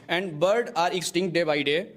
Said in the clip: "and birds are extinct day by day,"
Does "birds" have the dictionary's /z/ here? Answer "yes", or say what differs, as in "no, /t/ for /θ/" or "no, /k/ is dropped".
no, /z/ is dropped